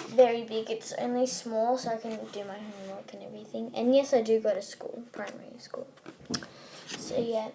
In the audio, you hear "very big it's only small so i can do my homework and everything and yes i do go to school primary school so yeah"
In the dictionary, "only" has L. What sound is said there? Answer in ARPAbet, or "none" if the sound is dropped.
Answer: L